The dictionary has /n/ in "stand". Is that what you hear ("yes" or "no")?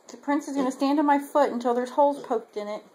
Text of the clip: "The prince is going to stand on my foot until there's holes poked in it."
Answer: yes